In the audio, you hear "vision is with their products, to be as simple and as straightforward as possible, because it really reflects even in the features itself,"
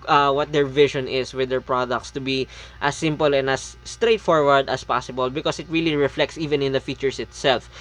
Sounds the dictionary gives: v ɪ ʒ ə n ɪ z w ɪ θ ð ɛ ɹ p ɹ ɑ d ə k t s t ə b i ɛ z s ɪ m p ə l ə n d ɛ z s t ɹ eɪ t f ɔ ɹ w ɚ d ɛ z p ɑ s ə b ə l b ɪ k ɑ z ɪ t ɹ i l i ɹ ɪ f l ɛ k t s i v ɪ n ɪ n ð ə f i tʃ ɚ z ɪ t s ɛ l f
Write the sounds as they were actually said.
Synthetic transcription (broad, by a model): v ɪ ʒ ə n ɪ s w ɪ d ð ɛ ɹ p ɹ ɑ d ə k t s t ə b i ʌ s ɪ m p ə l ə n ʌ s t ɹ eɪ t f ɔ ɹ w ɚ d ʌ s p ɑ s ə b ə l b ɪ k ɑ s ɪ t ɹ i l i ɹ ɪ f l ɛ k t s i v ɪ n ɪ n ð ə f i tʃ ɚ s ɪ t s ɛ l f